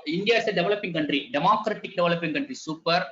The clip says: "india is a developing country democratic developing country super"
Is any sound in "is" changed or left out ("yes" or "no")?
yes